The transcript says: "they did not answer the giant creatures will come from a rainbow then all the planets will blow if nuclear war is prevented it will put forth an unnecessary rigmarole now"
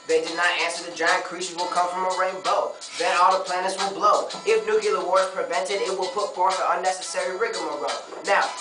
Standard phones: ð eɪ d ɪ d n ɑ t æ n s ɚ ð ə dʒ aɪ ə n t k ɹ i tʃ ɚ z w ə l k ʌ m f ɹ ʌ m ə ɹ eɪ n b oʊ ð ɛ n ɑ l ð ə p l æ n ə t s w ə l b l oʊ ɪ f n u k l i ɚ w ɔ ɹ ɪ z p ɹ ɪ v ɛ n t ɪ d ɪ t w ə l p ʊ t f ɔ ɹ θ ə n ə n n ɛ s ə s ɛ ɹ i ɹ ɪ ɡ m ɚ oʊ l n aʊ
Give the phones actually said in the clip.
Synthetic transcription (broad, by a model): ð eɪ d ɪ d n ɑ t æ n s ɚ ð ə dʒ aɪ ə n k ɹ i ʃ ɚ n w ə l k ʌ m f ɹ ʌ m ə ɹ eɪ n b oʊ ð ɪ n ɑ l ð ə p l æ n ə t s w ə l b l oʊ ɪ f n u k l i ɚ w ɔ ɹ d p ɹ ɪ v ɛ n t ɪ d ɪ t w ə l p ʊ t f ɔ ɹ θ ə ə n n ɛ s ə s ɛ ɹ i ɹ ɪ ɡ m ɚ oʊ n aʊ